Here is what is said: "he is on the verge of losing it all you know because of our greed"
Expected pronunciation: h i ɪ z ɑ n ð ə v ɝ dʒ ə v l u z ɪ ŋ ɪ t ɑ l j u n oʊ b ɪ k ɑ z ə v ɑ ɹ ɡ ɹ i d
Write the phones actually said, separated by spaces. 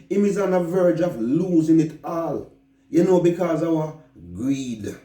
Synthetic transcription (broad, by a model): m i ɪ z ɑ n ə v ɝ dʒ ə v l u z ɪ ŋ ɪ t ɑ l j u n oʊ b ɪ k ɑ z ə w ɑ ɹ ɡ ɹ i d